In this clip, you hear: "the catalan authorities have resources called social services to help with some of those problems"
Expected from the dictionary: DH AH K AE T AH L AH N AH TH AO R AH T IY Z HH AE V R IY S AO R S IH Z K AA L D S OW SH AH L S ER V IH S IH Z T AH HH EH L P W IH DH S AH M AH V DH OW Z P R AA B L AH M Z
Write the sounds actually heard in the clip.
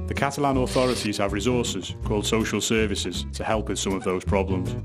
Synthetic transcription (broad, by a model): DH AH K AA T AH L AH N AH TH AO R AH T IY Z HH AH V R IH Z AO S IH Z K AA L D S OW SH AH L S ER V IH S IH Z T AH HH EH L P W IH DH S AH M AH V DH OW Z P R AA B L AH M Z